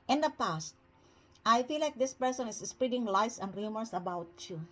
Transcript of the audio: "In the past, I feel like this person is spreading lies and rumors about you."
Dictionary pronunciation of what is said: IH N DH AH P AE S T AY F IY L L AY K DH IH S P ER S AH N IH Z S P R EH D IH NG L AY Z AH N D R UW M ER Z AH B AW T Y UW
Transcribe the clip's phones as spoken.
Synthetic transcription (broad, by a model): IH N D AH P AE S T AY F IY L L AY K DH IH S P ER S AH N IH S S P R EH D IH NG L AY S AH N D R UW M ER S AH B AW T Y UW